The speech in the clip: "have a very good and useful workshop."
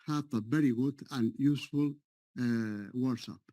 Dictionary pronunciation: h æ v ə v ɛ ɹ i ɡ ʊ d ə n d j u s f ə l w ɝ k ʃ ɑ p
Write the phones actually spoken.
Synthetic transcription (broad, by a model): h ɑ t ə b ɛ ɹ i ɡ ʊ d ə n j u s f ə l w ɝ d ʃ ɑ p